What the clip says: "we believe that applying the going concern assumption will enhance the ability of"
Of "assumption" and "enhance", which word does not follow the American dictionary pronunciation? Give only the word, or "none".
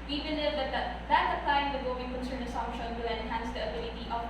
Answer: assumption